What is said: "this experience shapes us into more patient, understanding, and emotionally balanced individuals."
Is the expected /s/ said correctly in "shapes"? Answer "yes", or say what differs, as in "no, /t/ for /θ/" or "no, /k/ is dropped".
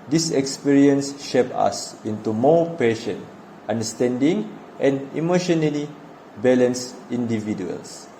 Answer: no, /s/ is dropped